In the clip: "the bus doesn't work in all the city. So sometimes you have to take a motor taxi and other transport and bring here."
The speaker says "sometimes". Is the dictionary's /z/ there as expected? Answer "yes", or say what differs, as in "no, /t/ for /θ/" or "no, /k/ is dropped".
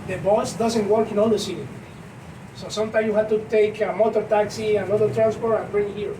no, /z/ is dropped